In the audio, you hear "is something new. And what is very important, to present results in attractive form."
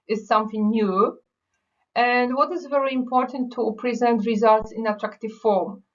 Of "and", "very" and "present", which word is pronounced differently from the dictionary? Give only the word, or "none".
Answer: none